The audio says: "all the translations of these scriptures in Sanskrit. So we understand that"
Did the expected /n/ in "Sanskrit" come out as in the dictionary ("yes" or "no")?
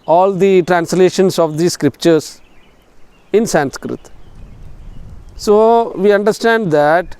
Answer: yes